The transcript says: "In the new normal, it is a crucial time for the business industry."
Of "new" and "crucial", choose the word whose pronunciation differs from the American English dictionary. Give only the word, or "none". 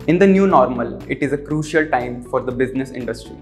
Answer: none